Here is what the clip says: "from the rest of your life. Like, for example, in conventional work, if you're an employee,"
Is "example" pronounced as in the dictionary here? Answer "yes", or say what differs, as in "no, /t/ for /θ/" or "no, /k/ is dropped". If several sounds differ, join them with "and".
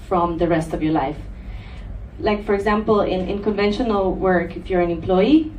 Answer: no, /n/ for /l/